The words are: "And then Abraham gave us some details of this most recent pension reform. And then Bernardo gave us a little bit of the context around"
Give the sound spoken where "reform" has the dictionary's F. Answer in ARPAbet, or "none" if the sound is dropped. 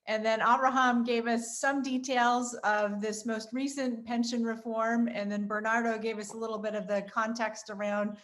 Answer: F